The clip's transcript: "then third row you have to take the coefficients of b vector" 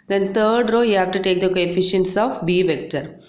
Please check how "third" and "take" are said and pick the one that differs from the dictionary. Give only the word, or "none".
third